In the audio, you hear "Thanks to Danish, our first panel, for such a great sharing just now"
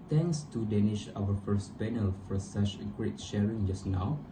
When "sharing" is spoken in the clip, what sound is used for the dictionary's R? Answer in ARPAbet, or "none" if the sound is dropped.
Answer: R